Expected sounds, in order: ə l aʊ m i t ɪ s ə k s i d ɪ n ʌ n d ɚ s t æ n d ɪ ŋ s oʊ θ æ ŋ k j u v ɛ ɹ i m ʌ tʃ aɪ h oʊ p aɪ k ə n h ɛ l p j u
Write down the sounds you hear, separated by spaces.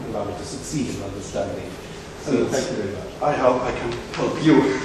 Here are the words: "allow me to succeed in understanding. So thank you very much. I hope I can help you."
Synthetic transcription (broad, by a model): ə l aʊ m i t ɪ s ə k s i d ɪ n ʌ n d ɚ s t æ n d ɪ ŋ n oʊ f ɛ k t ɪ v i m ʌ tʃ aɪ h oʊ p aɪ k ə n h ɛ l p j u